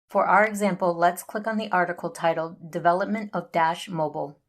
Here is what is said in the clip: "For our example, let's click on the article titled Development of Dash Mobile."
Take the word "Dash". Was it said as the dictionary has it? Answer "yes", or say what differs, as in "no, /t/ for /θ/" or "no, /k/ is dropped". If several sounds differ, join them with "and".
yes